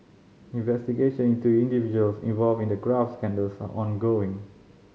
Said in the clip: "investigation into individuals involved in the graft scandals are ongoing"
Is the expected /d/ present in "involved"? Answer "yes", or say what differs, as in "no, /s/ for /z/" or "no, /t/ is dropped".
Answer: no, /d/ is dropped